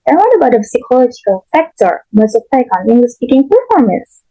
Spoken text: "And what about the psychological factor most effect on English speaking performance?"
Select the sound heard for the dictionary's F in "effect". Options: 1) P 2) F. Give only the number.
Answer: 1